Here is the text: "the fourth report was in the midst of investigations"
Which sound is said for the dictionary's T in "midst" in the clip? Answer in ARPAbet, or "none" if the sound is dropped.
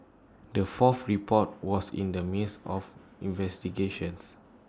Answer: none